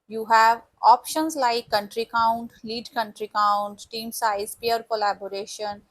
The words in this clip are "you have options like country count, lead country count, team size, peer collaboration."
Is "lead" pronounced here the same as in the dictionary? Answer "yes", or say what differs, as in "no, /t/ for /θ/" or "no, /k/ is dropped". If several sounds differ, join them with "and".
yes